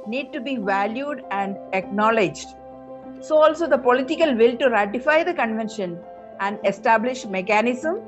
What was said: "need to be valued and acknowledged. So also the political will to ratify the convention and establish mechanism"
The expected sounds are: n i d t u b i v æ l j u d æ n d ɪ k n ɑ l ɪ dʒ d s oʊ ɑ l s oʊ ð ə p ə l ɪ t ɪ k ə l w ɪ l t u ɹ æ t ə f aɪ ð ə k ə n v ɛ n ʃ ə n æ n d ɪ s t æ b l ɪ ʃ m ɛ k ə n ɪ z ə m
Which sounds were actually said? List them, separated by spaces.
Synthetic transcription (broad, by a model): n i d t u b i v æ l j u d æ n d ɪ k n ɑ l ɪ dʒ d s oʊ ɑ l s oʊ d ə p ə l ɪ t ɪ k ə l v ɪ l t u ɹ æ t ə f aɪ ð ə k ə n v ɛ n ʃ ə n æ n d ɪ s t æ b l ɪ ʃ m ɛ k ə n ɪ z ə m